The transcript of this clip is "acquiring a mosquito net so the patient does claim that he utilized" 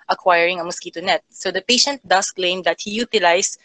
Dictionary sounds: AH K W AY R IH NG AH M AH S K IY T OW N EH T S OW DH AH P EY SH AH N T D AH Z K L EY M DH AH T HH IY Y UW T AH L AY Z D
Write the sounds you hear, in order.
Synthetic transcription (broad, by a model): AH K W AY R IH NG AH M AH S K IY T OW N EH T S OW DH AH P EY SH AH N T D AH S K L EY M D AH T HH IY Y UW T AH L AY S